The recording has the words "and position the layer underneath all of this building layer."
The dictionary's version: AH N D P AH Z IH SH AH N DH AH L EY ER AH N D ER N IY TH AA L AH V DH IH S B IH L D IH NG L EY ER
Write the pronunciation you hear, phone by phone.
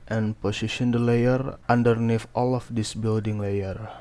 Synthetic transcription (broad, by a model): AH N P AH S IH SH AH N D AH L EY ER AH N D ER N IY F AA L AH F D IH S B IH L D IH NG L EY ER